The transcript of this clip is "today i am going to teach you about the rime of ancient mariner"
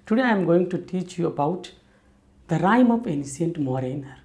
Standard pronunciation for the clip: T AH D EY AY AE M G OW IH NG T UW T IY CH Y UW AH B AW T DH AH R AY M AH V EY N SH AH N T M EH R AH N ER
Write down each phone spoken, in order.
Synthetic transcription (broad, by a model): T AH D EY AY M G OW IH NG T UW T IY CH Y UW AH B AW T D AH R AY M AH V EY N S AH N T M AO R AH N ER